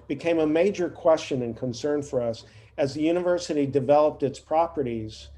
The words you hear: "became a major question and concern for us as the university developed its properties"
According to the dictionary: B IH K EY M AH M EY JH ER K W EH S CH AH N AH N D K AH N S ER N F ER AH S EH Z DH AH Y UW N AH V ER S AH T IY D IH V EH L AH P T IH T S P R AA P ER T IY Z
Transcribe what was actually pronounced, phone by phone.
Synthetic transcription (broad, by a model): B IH K EY M AH M EY JH ER K W EH S CH AH N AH N K AH N S ER N F ER AH S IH Z DH AH Y UW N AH V ER S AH T IY D IH V EH L AH P T IH T S P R AA P ER T IY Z